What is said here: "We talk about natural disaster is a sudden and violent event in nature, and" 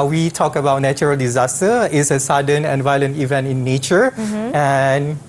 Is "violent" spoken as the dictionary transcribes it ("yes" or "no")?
yes